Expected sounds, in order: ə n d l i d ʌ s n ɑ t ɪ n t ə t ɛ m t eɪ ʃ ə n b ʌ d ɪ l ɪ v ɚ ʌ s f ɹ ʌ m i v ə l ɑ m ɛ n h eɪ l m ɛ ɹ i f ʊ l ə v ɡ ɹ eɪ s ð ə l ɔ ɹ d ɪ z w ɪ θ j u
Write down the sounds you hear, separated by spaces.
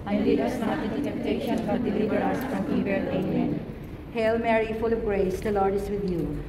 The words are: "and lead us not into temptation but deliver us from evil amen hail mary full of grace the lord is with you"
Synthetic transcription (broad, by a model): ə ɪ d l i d ʌ s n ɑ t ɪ t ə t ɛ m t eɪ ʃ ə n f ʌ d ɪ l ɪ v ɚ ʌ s f ɹ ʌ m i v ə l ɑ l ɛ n h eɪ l m ɛ ɹ i f ʊ l ə v ɡ ɹ eɪ s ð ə l ɔ ɹ d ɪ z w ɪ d j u